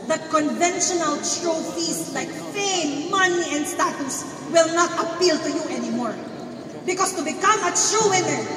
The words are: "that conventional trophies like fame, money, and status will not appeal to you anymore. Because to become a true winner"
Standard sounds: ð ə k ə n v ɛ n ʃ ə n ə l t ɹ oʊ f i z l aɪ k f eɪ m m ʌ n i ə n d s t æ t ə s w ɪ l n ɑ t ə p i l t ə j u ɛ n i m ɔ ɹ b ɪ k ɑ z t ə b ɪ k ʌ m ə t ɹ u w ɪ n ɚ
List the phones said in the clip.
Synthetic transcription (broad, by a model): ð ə k ə n v ɛ n ʃ ə n ə l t ɹ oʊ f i s l aɪ k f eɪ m m ʌ n i ə n d s t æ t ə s w ɪ l n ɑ t ə p i l t ə j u ɛ n i m ɔ ɹ b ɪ k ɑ s t ə b ɪ k ʌ m ə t ɹ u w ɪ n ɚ